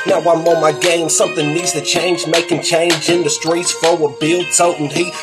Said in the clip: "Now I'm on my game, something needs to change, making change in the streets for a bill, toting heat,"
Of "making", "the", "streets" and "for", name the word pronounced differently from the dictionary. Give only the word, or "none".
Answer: for